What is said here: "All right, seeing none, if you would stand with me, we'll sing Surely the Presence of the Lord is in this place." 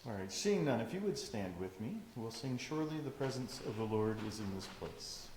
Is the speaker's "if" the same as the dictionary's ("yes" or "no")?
yes